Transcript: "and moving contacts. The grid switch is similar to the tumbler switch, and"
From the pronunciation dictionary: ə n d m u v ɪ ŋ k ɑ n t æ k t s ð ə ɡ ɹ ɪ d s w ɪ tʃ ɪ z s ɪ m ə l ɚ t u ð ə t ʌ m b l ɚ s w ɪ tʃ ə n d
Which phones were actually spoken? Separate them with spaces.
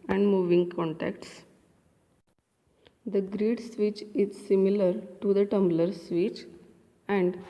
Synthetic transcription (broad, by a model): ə n d m u v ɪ ŋ k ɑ n t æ k t s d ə ɡ ɹ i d s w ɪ tʃ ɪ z s ɪ m ə l ɚ t u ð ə t ʌ m b l ɚ s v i tʃ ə n d